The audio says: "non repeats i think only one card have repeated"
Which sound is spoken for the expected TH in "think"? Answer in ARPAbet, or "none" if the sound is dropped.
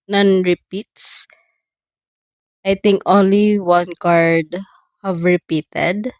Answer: T